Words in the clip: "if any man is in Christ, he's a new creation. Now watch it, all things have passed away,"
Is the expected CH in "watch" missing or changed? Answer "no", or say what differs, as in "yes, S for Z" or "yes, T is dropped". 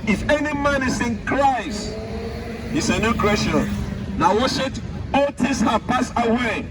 yes, SH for CH